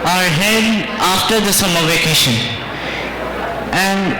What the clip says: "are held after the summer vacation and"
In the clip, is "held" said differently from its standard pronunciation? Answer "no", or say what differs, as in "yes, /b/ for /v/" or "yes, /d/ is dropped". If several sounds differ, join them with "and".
yes, /l/ is dropped